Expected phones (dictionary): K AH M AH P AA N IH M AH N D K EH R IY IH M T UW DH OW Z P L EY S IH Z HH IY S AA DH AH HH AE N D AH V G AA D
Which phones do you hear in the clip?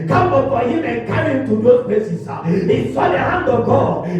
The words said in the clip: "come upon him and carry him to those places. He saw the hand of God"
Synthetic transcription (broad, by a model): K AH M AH F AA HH IH M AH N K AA R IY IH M T UW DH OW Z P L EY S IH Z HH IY S AA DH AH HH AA N D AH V G AA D